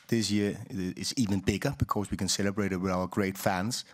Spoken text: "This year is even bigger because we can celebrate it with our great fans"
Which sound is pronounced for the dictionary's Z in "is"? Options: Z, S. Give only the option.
S